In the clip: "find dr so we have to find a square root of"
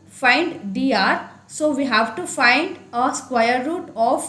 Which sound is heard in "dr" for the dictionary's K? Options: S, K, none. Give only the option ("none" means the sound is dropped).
none